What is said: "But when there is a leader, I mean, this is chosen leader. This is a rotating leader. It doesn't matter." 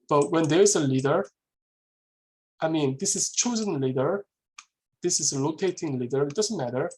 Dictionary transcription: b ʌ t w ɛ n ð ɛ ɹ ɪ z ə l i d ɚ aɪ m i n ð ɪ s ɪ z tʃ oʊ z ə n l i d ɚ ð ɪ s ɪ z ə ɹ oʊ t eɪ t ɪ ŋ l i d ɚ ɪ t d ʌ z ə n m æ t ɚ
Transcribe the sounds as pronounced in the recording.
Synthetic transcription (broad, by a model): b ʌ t w ɛ n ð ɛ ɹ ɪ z ə l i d ɚ aɪ m i n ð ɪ s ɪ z tʃ oʊ z ə n l i d ɚ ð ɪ s ɪ z ə l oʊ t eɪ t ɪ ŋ l i d ɚ ɪ t d ʌ z ə n m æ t ɚ